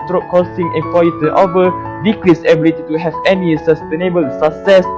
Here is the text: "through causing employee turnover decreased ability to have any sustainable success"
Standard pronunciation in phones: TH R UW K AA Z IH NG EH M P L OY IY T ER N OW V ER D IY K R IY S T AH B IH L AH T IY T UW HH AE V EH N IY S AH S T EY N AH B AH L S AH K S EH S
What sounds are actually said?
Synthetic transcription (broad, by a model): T R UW K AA S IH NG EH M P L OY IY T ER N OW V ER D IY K L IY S AH B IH L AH T IY T UW HH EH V EH N IY S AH S T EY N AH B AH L S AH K S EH S